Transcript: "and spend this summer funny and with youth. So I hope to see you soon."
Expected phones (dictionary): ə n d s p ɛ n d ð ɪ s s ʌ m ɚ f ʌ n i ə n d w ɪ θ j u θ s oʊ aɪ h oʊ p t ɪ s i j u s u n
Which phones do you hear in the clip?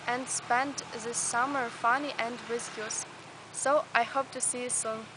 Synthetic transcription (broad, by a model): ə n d s p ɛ n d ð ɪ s s ʌ m ɚ f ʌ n i ə n d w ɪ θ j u s s oʊ aɪ h oʊ p t ɪ s i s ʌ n